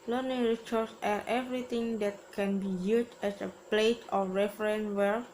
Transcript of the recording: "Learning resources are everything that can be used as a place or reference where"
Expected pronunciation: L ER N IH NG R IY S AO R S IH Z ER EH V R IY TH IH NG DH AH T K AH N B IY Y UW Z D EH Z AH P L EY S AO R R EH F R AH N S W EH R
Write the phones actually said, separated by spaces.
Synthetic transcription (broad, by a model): L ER N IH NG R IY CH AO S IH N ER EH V R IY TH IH NG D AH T K AH N B IY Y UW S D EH S AH P L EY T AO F R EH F R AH N W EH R